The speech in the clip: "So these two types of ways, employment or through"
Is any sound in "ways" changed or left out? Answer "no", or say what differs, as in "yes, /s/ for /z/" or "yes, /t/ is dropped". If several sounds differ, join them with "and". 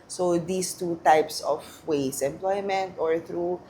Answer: yes, /s/ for /z/